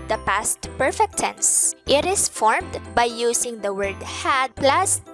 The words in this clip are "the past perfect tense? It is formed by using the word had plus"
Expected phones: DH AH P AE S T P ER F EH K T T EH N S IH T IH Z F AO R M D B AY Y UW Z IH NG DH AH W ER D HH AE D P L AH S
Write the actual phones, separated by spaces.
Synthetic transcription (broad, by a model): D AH P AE S T P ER F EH K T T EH N S IH T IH S F AO R M D B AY Y UW S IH NG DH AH W ER D HH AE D P L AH S